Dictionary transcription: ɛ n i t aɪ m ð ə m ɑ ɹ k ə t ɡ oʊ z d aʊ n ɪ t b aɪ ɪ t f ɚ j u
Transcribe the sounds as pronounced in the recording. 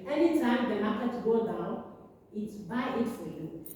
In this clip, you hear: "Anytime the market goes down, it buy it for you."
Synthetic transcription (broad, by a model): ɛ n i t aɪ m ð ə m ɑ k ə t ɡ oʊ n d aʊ ɪ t b aɪ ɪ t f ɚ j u